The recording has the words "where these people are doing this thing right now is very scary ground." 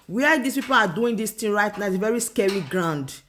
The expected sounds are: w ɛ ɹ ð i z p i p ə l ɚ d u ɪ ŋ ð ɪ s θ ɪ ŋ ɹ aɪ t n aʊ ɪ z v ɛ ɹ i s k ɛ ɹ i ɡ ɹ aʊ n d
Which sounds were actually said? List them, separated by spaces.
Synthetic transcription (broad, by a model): w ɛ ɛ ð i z p i p ə l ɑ d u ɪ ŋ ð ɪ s t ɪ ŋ ɹ aɪ t n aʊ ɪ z v ɛ ɹ i s k ɛ ɹ i ɡ ɹ aʊ n d